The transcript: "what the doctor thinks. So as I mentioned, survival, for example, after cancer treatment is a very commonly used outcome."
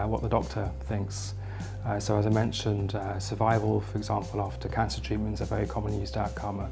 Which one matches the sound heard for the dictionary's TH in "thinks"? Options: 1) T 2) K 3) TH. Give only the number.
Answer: 3